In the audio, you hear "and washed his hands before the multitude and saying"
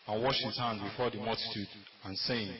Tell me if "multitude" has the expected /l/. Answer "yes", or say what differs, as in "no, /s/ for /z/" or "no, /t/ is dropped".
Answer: yes